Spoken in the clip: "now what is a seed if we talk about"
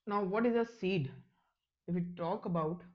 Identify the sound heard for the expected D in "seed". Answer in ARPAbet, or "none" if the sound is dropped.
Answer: D